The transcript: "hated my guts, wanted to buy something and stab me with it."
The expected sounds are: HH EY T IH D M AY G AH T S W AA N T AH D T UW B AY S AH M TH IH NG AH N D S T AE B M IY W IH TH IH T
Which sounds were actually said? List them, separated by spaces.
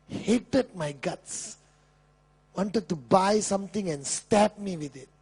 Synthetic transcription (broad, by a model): HH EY T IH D M AY G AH T S W AA N T AH D T UW B AY S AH M T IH NG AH N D S T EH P M IY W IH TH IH T